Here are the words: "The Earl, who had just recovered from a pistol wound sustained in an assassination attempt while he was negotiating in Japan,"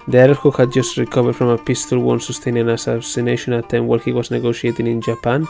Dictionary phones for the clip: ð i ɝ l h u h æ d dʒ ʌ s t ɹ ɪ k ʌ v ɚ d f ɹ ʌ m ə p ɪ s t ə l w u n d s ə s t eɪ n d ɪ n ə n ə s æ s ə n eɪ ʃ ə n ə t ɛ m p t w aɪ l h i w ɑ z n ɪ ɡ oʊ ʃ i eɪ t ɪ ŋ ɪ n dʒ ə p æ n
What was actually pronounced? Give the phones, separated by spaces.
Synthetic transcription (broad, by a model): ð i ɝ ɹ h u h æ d dʒ ʌ s t ɹ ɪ k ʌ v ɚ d f ɹ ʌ m ə p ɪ s t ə l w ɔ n s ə s t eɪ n ɪ n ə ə s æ s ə n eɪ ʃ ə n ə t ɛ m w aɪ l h i w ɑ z n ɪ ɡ oʊ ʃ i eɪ t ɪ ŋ ɪ n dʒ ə p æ n